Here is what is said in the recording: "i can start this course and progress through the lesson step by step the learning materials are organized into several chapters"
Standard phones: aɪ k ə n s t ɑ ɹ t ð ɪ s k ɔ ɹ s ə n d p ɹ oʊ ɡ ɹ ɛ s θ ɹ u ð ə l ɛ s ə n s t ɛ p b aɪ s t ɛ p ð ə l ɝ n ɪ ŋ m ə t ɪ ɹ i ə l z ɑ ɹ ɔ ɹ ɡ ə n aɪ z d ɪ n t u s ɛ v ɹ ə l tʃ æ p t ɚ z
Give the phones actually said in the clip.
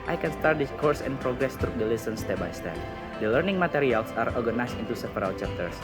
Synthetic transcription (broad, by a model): aɪ k ə n s t ɑ ɹ t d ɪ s k ɔ ɹ s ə n p ɹ oʊ ɡ ɹ ɛ s t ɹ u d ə l ɛ s ə n s t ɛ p b aɪ s t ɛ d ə l ɝ n ɪ ŋ m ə t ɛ ɹ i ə l s ɑ ɹ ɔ ɹ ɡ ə n aɪ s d ɪ n t u s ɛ p ɹ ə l tʃ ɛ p t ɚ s